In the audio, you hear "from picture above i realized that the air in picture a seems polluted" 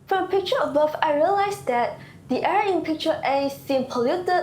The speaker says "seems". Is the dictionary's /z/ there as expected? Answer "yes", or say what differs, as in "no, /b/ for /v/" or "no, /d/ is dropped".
no, /z/ is dropped